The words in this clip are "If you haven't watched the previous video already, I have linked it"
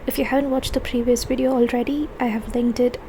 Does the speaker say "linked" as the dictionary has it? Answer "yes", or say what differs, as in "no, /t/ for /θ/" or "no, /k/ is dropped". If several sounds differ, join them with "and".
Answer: yes